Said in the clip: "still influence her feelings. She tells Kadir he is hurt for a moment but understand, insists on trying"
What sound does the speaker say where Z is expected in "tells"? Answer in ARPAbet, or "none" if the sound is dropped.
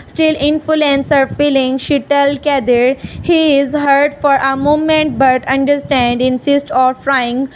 none